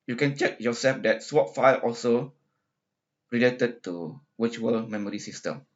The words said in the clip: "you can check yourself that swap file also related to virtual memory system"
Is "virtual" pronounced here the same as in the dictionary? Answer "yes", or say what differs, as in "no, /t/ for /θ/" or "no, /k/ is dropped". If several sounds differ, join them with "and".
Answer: no, /w/ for /v/